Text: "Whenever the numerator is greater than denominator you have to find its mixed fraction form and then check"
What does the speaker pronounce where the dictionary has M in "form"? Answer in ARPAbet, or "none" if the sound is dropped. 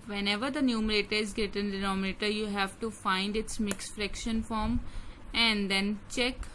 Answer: M